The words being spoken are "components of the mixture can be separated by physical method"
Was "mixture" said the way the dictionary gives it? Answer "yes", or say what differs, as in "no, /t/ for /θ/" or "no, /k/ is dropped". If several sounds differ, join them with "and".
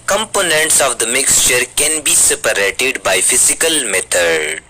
yes